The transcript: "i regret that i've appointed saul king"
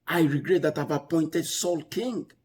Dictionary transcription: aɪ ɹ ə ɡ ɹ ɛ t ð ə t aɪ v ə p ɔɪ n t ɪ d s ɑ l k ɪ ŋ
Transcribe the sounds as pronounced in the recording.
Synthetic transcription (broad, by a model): aɪ ɹ ə ɡ ɹ ɛ t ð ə t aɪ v ə p ɔɪ n t ɪ d s ɑ l k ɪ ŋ